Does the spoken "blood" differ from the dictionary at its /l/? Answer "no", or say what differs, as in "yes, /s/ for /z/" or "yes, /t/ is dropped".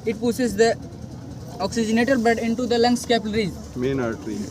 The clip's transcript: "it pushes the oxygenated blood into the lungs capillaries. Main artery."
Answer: yes, /l/ is dropped